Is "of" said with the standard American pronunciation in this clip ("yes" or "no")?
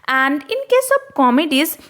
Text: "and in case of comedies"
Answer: no